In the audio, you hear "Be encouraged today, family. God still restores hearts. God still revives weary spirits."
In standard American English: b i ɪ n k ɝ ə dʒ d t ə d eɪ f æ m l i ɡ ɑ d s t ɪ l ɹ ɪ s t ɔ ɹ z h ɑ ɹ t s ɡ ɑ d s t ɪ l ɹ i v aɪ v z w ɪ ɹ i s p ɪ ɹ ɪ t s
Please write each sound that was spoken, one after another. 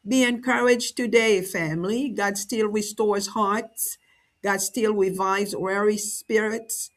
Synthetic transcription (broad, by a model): b i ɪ n k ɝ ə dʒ t ə d eɪ f æ m l i ɡ ɑ d s t ɪ l ɹ ɪ s t ɔ ɹ z h ɑ ɹ t s ɡ ɑ d s t ɪ l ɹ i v aɪ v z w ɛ ɹ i s p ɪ ɹ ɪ t s